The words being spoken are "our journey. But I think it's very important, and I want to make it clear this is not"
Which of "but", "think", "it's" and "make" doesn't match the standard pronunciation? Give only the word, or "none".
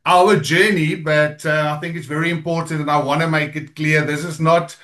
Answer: none